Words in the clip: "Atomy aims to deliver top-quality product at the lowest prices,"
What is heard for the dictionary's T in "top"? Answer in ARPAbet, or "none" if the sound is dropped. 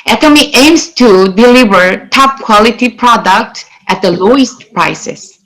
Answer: T